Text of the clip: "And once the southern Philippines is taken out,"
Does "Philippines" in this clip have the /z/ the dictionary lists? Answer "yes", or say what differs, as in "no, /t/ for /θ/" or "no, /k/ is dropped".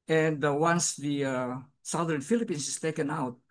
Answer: no, /s/ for /z/